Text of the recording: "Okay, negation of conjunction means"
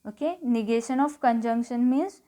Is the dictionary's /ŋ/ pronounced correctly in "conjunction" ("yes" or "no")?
yes